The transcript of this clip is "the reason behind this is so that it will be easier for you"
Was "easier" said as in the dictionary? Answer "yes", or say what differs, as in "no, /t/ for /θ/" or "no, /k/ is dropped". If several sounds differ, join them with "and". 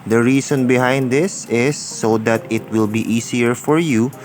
no, /s/ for /z/